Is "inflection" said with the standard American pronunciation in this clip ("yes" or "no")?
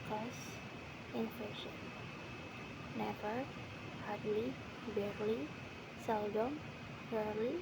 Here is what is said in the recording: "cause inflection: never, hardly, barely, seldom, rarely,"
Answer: no